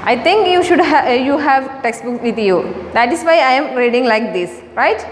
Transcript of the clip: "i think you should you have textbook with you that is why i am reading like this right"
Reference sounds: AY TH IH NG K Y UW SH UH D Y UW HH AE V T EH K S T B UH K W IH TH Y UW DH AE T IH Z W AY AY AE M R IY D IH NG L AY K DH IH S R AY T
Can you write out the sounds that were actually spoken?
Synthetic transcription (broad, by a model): AY T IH NG K Y UW SH UH D Y UW HH AE V T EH K S T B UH K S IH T Y UW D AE T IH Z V AY AY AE M R IY D IH NG L AY K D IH S R AY T